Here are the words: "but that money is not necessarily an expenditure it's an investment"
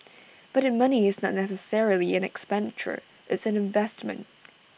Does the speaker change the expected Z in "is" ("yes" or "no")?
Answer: no